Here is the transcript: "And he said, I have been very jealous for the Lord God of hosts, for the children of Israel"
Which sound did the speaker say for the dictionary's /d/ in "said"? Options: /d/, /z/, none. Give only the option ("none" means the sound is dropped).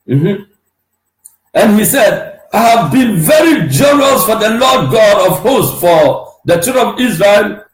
/d/